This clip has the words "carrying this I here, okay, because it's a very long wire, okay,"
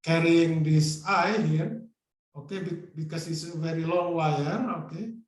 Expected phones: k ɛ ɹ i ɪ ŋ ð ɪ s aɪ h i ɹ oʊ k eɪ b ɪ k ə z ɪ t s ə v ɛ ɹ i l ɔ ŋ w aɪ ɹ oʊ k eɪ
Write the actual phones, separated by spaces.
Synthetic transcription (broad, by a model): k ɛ ɹ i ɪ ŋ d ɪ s aɪ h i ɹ oʊ k eɪ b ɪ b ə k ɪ s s ə v ɛ ɹ i l ɔ ŋ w aɪ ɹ oʊ k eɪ